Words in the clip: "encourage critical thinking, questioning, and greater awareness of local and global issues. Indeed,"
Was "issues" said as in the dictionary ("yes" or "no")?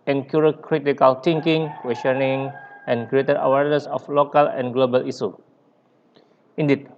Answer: no